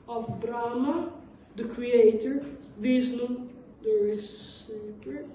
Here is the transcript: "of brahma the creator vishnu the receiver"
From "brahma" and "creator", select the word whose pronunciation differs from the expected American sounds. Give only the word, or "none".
none